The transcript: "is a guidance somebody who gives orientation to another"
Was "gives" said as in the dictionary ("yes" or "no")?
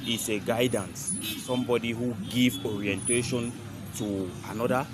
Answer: no